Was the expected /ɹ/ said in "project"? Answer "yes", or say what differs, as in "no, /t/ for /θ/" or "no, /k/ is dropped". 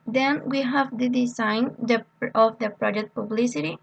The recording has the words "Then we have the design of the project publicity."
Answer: yes